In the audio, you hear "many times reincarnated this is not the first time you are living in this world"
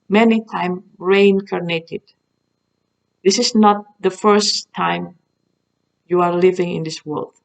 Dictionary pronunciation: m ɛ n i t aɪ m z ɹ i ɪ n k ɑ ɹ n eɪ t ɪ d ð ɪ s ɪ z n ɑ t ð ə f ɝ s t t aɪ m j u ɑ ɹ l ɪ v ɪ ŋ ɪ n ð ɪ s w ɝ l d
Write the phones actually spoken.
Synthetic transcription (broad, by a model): m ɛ n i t aɪ m ɹ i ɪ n k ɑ ɹ n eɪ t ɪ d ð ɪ s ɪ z n ɑ t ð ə f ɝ s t t aɪ m j u ɑ ɹ l ɪ v ɪ ŋ ɪ n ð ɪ s w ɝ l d